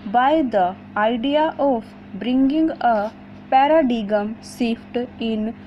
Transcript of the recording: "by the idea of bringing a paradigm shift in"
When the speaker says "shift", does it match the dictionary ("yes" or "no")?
no